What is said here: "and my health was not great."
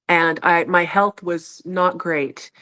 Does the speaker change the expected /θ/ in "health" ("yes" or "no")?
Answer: no